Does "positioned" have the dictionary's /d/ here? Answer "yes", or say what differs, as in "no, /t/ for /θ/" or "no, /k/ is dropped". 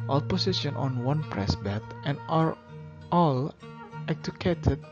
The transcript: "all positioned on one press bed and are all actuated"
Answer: no, /d/ is dropped